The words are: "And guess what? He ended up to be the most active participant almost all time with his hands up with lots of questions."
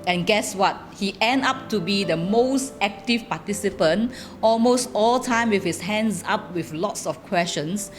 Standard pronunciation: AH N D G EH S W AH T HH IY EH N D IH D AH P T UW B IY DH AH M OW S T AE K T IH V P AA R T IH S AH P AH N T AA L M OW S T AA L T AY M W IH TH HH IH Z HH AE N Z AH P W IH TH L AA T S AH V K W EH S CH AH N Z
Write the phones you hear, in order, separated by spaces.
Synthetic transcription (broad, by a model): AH N G EH S W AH T HH IY EH N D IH P T UW B IY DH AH M OW S T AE K T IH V P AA T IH S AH P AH N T AA L M OW S T AA L T AY M W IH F HH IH S HH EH N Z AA P W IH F L AA T S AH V K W EH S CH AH N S